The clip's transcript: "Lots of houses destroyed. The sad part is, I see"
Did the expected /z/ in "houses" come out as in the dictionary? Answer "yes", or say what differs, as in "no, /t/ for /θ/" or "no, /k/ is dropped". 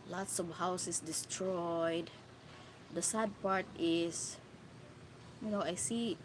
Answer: no, /s/ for /z/